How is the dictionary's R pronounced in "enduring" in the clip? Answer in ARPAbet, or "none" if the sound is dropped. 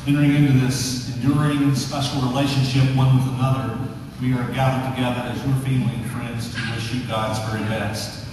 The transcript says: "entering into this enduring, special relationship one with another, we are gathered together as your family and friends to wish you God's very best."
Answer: R